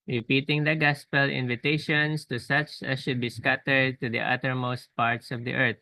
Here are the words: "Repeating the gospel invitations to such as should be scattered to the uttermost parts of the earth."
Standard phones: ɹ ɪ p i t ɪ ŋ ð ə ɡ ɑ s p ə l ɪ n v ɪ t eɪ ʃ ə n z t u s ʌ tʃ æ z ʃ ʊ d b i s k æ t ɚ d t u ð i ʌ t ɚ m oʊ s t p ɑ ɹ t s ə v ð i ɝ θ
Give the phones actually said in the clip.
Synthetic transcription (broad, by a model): ɹ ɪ p i t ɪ ŋ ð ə ɡ ɑ s p ə l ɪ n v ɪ t eɪ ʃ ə n s t u s ʌ tʃ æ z ʃ ʊ d b i s k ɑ t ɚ d t u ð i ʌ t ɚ m oʊ s t p ɑ ɹ t s ə v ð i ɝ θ